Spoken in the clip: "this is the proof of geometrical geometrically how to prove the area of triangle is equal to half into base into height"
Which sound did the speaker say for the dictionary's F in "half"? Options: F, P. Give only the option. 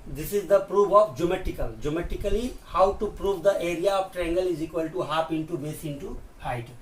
P